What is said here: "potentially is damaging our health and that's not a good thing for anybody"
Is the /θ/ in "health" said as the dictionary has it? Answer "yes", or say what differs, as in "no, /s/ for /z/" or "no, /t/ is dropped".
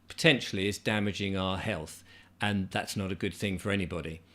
yes